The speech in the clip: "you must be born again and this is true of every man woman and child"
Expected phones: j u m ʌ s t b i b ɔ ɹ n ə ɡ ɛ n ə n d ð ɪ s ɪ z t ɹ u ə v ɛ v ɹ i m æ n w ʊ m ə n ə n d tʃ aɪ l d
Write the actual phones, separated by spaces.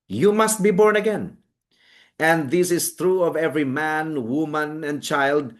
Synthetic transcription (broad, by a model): j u m ʌ s t b i b ɔ ɹ n ə ɡ ɛ n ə n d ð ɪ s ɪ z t ɹ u ə v ɛ v ɹ i m æ n w ʊ m ə n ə n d tʃ aɪ l d